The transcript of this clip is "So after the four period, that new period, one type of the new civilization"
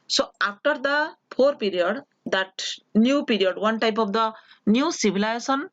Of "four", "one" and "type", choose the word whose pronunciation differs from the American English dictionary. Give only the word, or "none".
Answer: four